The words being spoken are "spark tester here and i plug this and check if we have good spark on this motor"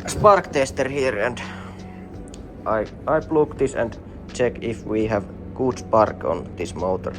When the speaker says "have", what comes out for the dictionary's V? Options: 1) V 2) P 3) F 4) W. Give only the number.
1